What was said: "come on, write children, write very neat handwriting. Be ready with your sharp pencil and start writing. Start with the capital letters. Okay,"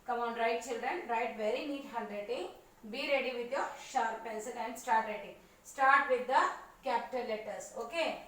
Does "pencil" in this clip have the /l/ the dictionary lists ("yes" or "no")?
no